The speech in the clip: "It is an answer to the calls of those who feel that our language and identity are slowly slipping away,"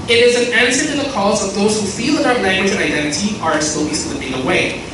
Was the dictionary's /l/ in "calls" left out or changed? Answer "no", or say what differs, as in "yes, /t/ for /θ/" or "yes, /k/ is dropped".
yes, /l/ is dropped